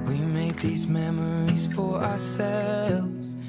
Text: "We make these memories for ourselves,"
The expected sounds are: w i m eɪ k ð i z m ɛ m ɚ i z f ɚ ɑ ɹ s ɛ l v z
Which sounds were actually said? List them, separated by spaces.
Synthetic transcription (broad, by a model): w i m eɪ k ð i z m ɛ m ɚ i z f ɚ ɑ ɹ s ɛ l v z